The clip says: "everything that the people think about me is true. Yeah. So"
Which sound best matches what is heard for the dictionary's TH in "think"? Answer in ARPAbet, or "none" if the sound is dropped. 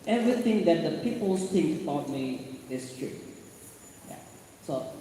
S